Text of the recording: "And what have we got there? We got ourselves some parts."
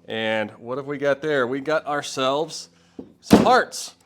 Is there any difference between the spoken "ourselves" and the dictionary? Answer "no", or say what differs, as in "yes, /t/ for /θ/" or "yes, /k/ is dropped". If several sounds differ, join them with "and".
no